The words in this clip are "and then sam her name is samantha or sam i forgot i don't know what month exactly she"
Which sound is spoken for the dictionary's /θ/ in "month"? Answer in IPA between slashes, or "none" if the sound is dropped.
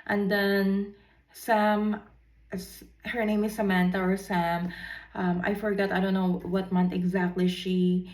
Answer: /t/